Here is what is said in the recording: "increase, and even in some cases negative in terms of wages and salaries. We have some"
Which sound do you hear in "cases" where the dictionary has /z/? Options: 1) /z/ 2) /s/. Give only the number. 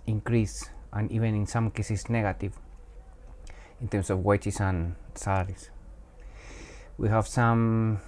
2